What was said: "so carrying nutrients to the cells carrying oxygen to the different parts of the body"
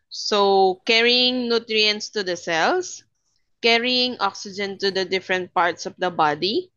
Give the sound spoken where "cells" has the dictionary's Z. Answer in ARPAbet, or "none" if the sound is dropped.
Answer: S